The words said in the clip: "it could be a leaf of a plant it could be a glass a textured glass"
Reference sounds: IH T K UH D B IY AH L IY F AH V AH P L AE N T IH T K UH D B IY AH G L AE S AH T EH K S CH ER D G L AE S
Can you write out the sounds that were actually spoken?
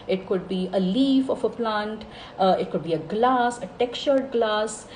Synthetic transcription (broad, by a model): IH T K UH D B IY AH L IY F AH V AH P L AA N T IH T K UH D B IY AH G L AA S AH T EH K CH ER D G L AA S